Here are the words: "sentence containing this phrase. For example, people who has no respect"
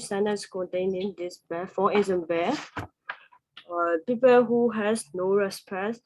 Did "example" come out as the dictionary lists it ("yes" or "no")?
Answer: no